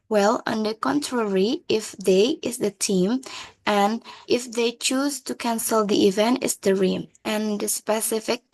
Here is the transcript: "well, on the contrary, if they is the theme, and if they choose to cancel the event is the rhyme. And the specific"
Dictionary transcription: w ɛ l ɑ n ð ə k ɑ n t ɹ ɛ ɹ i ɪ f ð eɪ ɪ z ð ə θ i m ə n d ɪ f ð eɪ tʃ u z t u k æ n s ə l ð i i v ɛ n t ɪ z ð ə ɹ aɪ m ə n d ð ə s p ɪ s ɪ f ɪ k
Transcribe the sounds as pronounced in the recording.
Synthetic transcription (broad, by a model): w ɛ l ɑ n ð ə k ɑ n t ɹ ɛ ɹ i ɪ f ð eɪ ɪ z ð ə t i m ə n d ɪ f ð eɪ tʃ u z t u k æ n s ə l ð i i v ɛ n t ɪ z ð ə ɹ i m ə n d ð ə s p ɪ s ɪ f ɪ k